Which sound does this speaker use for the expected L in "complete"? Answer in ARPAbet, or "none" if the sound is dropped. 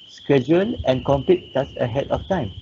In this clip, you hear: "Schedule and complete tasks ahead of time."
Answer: none